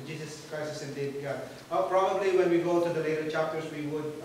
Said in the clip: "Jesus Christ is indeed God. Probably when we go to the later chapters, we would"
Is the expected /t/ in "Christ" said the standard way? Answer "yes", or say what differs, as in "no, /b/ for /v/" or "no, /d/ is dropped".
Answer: no, /t/ is dropped